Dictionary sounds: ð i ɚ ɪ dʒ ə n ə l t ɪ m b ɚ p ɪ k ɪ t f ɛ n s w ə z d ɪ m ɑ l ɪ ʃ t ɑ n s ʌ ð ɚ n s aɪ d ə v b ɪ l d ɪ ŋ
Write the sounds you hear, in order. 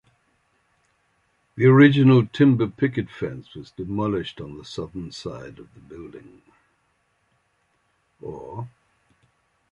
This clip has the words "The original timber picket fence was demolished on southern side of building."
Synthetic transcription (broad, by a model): ð i ɚ ɪ dʒ ə n ə l t ɪ m b ɚ p ɪ k ɪ t f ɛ n s w ə z d ɪ m ɑ l ɪ ʃ t n s ʌ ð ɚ n s aɪ d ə v b ɪ l d ɪ ŋ